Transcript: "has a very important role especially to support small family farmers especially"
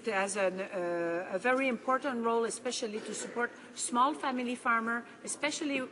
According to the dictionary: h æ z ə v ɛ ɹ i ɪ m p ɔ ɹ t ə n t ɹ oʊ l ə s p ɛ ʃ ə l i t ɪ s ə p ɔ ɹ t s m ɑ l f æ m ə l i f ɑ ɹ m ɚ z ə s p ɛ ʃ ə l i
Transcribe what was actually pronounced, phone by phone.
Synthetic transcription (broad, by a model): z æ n ə v ɛ ɹ i ɪ m p ɔ ɹ t ə n t ɹ oʊ l ə s p ɛ ʃ ə l i t ɪ s ə p ɔ ɹ t s m ɑ l f æ m ə l i f ɑ ɹ m ɚ ə s p ɛ ʃ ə l i